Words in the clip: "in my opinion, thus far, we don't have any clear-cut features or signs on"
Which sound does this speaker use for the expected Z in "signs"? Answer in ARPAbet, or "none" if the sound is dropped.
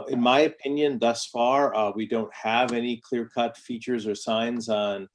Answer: Z